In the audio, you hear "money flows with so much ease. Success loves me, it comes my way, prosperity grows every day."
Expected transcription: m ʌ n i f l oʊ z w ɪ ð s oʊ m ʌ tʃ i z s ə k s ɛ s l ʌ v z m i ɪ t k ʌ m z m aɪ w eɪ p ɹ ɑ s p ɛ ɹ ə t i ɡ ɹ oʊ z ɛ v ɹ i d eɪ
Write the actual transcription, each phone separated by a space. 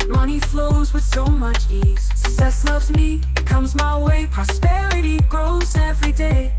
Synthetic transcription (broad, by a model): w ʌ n i f l oʊ z w ɪ ð s oʊ m ʌ tʃ i z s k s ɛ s l ʌ v z m i ɪ t k ʌ m z m aɪ w eɪ p ɹ ɑ s p ɛ ɹ ə t i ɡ ɹ oʊ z ɛ v ɹ i d eɪ